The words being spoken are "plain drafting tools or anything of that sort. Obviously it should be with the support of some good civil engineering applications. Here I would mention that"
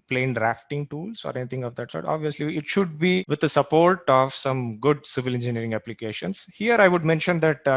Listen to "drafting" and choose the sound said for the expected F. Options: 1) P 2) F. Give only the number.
2